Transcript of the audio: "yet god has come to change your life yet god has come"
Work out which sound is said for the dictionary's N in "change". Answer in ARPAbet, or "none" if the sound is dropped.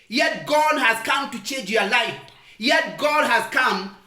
N